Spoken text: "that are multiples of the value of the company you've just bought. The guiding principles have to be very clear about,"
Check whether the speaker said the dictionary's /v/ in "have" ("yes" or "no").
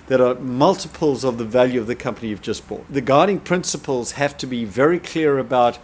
no